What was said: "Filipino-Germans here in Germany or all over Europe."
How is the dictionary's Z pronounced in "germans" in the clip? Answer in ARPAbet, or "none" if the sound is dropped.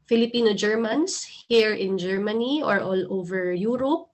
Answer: S